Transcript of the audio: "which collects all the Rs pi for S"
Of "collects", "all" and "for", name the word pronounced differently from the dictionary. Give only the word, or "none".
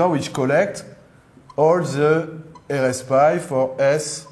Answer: collects